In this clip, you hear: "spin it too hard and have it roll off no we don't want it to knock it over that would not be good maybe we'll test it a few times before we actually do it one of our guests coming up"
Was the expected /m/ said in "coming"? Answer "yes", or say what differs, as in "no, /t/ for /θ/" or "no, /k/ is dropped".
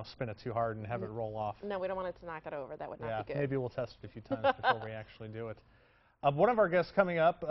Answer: yes